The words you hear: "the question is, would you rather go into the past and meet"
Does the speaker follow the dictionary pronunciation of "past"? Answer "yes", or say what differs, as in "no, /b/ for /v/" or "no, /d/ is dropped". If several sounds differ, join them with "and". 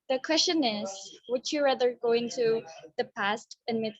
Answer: yes